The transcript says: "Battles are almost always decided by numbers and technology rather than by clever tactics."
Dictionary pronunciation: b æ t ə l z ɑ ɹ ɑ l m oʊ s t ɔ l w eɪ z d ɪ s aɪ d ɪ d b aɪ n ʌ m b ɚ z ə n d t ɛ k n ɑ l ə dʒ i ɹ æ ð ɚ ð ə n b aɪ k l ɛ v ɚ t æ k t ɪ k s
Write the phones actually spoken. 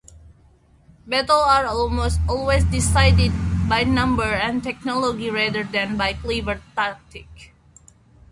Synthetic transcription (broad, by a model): b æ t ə l ɑ ɹ ɑ l m oʊ s t ɔ l w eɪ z d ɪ s aɪ d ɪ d b aɪ n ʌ m b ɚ ə n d t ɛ k n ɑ l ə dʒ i ɹ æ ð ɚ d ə n b aɪ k l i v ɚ t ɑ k t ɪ k